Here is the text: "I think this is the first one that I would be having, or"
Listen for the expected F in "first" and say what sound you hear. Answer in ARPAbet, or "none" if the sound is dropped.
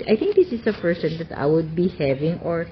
P